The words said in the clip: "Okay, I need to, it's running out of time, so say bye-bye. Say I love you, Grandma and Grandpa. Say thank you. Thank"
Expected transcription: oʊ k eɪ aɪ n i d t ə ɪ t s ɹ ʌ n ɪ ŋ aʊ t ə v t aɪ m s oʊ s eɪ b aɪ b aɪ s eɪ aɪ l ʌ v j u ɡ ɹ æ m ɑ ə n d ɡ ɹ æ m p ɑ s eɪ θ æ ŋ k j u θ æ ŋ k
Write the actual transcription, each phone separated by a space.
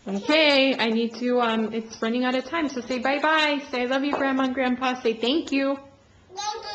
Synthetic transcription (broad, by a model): oʊ k eɪ aɪ n i d t ə ɪ t s ɹ ʌ n ɪ ŋ aʊ t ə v t aɪ m s oʊ s eɪ b aɪ b aɪ s eɪ aɪ l ʌ v j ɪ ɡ ɹ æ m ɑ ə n ɡ ɹ æ m p ɑ s eɪ θ æ ŋ k j u